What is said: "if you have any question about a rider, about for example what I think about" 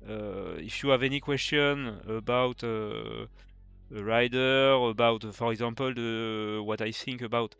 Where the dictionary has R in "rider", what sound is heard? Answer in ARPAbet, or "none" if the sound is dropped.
R